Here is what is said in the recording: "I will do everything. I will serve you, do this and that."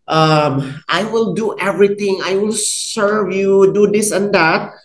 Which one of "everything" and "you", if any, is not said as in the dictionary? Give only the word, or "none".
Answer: everything